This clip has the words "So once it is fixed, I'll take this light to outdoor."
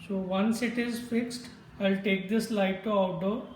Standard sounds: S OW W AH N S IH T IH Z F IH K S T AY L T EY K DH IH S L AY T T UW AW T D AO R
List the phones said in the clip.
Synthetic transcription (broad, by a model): S OW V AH N S IH T IH Z F IH K S T AY L T EY K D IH S L AY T T UW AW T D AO